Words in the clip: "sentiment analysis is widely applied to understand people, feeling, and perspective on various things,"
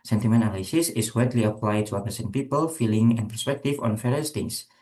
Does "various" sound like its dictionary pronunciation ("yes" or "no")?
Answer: no